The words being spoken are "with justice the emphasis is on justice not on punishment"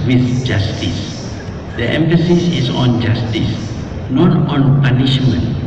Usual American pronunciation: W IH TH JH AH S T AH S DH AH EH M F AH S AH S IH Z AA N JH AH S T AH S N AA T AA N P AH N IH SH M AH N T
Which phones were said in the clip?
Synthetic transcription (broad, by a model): W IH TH JH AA S T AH S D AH EH M F AH S AH S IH S AA N JH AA S T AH S N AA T AA N P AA N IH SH M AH N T